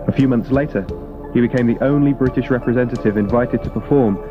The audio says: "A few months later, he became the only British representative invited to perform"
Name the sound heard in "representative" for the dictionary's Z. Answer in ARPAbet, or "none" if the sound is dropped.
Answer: Z